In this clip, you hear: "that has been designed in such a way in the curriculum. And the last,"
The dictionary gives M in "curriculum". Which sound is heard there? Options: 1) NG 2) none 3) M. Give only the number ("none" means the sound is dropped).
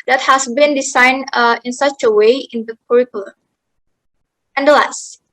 2